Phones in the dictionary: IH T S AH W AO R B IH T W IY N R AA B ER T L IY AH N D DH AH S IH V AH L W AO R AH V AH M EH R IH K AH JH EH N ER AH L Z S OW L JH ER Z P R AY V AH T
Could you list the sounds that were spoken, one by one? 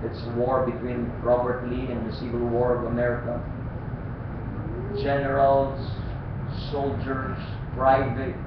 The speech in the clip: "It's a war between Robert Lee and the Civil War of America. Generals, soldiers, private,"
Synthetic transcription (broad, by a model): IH T S AH W AO R B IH T W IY N R AA B ER T L IY AH N D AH S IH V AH L W AO R AH V AH M EH R IH K AH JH EH N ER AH L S S OW L JH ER S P R AY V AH T